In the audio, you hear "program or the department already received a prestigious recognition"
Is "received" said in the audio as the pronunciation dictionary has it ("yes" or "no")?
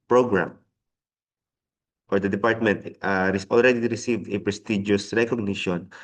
yes